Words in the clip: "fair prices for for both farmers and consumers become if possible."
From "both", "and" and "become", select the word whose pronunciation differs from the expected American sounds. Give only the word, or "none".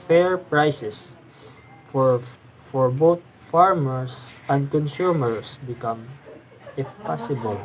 both